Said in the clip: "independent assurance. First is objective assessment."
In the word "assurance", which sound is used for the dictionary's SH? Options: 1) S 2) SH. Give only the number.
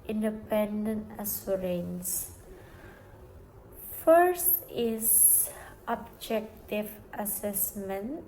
1